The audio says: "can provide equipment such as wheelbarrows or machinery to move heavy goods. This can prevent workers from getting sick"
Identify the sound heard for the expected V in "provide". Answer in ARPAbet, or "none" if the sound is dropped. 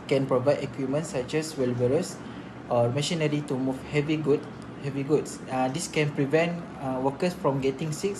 V